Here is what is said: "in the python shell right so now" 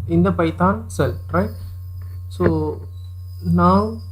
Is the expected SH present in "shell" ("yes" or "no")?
no